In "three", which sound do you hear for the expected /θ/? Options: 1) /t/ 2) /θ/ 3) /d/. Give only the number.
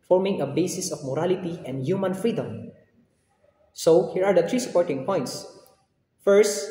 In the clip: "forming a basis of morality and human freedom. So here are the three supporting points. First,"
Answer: 1